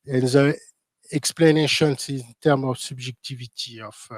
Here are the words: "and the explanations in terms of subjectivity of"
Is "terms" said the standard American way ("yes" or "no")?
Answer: no